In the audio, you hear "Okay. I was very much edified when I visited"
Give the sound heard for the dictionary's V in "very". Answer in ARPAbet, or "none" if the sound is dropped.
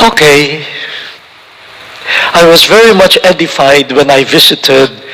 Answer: V